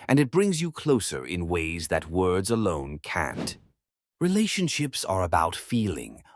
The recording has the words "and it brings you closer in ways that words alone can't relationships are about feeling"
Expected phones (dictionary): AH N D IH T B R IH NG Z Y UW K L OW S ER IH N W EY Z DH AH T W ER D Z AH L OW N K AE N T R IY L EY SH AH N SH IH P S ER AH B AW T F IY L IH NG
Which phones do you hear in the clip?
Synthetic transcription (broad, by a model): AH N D IH T B R IH NG Z Y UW K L OW S ER IH N W EY Z DH AH T W ER D Z AH L OW N K AE N T R IY L EY SH AH N SH IH P S ER AH B AW T F IY L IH NG